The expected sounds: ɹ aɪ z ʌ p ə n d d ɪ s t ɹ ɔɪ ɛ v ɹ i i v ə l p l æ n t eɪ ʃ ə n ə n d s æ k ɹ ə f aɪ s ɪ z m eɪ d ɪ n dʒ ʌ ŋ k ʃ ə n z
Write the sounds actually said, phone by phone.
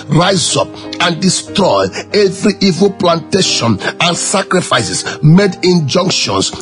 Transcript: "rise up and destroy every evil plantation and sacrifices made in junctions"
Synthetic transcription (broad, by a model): ɹ aɪ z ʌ p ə n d d ɪ s t ɹ ɔɪ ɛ v ɹ i i v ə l p l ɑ n t eɪ ʃ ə n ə n s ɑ k ɹ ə f aɪ s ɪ s m eɪ d ɪ n dʒ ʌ ŋ k ʃ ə n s